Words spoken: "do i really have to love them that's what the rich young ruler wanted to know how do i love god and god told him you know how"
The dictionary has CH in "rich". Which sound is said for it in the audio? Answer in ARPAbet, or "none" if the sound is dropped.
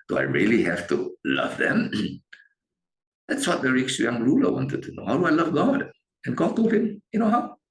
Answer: S